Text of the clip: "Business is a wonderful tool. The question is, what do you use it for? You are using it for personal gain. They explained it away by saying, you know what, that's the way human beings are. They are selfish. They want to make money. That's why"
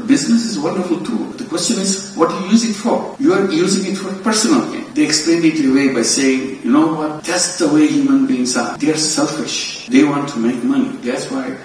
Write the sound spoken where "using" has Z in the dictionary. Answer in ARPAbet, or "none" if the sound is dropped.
Z